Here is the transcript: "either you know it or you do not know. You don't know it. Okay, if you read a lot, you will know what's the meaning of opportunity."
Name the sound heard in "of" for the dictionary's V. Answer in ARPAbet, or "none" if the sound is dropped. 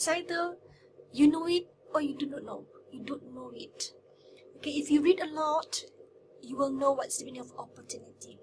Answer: P